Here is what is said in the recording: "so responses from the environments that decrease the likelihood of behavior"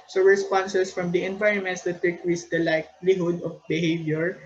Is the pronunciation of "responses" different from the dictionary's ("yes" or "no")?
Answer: yes